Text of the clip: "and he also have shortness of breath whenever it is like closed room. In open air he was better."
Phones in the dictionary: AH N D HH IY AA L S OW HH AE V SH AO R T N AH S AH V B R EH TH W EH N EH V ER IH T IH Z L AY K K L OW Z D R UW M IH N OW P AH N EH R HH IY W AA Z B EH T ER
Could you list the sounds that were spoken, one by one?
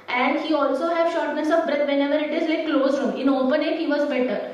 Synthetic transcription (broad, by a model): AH N D HH IY AA L S OW HH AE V SH AO R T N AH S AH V B R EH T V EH N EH V ER IH T IH Z L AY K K L OW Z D R UW M IH N OW P AH N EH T HH IY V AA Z B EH T ER